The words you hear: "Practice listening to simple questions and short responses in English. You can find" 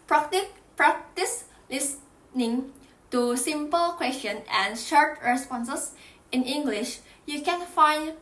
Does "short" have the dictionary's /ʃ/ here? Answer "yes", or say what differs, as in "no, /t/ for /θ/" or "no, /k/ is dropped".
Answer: yes